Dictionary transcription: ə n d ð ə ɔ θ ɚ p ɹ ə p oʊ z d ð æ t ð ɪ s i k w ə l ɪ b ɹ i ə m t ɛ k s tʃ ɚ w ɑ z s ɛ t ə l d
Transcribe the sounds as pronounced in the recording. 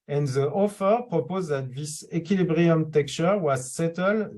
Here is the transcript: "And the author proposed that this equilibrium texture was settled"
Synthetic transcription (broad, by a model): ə n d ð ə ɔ f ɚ p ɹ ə p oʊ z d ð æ t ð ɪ s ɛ k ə l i b ɹ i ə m t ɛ k tʃ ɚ w ɑ z s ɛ t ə l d